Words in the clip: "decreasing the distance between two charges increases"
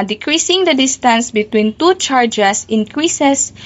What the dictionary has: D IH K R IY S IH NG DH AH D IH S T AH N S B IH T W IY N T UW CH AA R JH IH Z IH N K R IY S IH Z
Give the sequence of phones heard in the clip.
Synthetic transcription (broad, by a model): D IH K R IY S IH NG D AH D IH S T AH N S B IH T W IY N T UW CH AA R JH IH S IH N K R IY S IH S